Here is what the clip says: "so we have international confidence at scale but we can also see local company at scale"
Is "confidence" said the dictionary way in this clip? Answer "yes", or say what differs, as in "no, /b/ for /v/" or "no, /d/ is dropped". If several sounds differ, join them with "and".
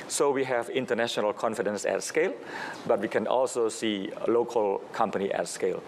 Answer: yes